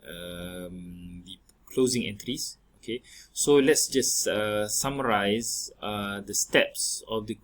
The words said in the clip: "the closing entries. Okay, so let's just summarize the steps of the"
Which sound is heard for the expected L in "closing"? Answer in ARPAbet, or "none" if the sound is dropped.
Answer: L